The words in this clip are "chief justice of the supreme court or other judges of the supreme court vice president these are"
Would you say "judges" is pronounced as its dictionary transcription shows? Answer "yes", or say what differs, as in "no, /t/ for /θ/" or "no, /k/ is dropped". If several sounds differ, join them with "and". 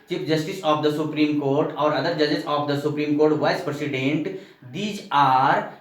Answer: no, /s/ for /z/